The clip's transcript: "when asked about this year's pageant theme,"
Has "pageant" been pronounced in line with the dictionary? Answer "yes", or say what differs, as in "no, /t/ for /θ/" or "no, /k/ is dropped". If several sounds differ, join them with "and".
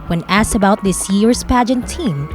yes